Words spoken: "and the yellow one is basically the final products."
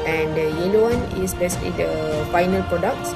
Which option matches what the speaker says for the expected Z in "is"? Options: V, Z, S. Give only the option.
S